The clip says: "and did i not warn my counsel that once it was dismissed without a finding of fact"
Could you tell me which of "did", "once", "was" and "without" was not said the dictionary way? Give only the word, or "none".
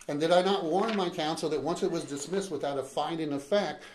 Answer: none